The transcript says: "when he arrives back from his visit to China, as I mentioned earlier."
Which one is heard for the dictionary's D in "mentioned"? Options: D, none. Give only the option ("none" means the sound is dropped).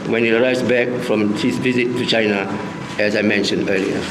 D